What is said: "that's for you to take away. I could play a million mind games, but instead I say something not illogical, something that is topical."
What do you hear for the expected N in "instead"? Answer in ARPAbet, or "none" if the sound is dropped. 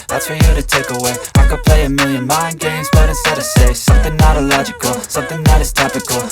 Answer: none